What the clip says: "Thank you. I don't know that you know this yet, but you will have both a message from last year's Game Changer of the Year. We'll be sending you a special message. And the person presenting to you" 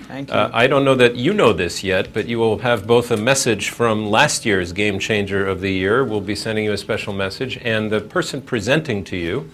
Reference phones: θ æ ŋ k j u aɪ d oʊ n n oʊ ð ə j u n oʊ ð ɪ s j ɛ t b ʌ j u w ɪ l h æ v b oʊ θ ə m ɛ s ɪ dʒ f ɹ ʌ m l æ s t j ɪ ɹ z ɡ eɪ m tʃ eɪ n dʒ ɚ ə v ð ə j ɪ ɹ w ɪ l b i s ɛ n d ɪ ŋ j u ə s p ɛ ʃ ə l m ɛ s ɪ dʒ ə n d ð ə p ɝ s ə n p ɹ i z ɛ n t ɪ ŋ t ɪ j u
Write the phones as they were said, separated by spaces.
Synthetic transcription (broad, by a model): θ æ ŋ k aɪ d oʊ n n oʊ ð ə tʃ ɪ n oʊ ð ɪ s j ɛ t b ʌ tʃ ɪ w ɪ l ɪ v b oʊ θ ə m ɛ s ɪ dʒ f ɹ ʌ m l æ s t j ɪ ɹ z ɡ eɪ m tʃ eɪ n dʒ ɚ ə v ð ə j ɪ ɹ w ɪ l b i s ɛ n d ɪ ŋ j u ə s p ɛ ʃ l m ɛ s ɪ dʒ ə n ð ə p ɝ s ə n p ɹ i z ɛ n t ɪ ŋ t ɪ j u